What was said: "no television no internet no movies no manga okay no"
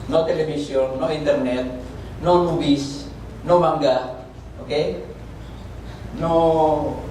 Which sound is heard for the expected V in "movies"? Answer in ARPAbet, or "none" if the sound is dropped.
W